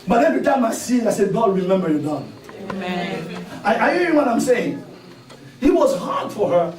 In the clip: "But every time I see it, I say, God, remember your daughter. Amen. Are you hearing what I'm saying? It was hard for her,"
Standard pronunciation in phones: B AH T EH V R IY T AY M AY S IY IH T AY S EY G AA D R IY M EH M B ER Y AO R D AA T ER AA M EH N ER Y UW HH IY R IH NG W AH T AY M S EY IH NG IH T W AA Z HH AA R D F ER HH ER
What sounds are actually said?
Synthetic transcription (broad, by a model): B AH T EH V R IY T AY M AY S IY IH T AY S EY G AA D R IY M EH M B ER Y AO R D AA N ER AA IH AA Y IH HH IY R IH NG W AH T AY M S EY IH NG IH T W AA Z HH AA R D F ER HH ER